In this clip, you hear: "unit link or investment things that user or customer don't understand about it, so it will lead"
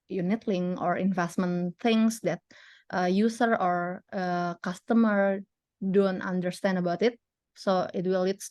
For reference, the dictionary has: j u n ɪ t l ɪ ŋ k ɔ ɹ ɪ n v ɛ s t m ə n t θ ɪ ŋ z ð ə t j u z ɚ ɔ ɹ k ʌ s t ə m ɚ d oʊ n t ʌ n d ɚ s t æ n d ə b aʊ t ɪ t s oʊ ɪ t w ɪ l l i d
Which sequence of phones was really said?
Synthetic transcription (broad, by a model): j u n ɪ t l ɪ ŋ ɔ ɹ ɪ n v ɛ s t m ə n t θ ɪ ŋ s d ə t j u s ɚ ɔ ɹ k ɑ s t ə m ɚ d oʊ n t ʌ n d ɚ s t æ n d ə b aʊ t ɪ t s oʊ ɪ t w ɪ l l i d